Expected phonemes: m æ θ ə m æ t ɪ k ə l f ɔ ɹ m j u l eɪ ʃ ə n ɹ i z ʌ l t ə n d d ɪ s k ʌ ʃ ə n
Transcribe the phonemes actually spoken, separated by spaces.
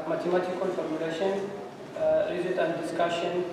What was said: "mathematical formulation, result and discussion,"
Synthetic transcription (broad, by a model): m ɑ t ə m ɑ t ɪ k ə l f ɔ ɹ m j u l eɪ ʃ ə n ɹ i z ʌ t ə n d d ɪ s k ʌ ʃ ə n